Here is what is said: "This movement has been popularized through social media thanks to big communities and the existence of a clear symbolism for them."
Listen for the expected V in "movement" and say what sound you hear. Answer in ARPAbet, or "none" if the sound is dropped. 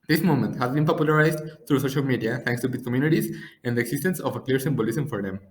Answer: none